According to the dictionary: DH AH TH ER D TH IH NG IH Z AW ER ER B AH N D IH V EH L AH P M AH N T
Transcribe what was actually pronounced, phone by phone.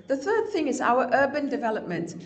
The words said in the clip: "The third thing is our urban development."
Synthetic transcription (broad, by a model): DH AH TH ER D TH IH NG IH Z AW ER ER B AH N D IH V EH L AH P M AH N T